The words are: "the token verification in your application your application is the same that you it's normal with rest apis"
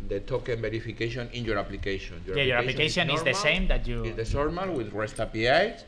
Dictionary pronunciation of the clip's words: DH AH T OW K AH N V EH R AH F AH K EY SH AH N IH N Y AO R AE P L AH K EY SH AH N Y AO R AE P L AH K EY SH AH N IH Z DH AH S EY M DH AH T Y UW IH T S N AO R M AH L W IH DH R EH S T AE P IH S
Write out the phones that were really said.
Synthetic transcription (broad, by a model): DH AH T OW K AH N B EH R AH F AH K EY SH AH N IH N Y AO R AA P L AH K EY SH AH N Y AO R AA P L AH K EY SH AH N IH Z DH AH S EY M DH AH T Y UW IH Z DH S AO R M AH L W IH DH R EH S T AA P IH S